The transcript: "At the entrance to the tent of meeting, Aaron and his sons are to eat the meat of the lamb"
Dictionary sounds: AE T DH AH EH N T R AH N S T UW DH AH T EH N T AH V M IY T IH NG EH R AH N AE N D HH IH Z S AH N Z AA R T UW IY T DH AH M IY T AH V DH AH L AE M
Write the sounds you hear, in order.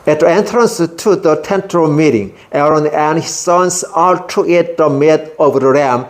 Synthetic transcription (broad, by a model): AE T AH EH N T R AH N S T UW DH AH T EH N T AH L M IY T IH NG EH R AH N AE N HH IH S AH N S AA L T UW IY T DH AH M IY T AH V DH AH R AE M